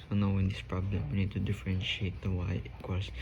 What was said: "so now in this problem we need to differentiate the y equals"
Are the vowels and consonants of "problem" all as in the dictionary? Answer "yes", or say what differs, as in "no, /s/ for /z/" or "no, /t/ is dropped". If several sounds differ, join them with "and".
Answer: yes